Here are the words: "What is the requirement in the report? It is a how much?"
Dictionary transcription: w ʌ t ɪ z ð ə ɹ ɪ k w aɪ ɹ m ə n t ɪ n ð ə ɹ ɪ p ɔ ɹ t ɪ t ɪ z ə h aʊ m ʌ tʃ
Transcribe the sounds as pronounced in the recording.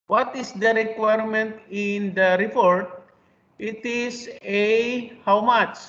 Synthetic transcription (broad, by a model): w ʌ t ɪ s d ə ɹ ɪ k w aɪ ɹ m ə n t ɪ n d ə ɹ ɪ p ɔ ɹ t ɪ t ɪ s ə h aʊ m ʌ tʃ